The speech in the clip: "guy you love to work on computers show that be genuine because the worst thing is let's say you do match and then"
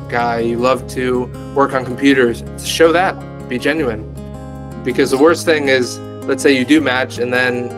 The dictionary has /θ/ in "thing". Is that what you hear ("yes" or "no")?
yes